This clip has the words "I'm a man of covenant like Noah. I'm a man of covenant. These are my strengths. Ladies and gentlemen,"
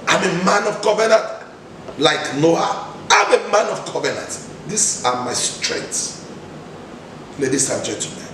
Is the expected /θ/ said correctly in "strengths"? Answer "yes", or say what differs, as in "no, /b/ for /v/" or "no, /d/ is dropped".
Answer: no, /t/ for /θ/